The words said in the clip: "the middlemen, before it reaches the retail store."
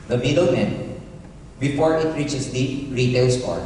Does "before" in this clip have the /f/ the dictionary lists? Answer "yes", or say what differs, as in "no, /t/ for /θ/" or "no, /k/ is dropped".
no, /p/ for /f/